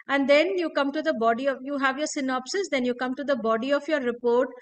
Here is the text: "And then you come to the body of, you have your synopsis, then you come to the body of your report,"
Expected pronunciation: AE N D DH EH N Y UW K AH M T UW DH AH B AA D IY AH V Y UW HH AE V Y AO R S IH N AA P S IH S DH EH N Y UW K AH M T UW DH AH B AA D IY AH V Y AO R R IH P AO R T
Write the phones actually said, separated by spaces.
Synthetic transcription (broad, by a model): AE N D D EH N Y UW K AH M T UW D AH B AA D IY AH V Y UW HH AE V Y AO R S IH N AA P S IH S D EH N Y UW K AH M T UW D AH B AA D IY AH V Y AO R R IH P AO R T